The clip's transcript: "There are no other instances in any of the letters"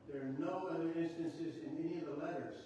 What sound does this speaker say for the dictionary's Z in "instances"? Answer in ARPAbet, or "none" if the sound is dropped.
Z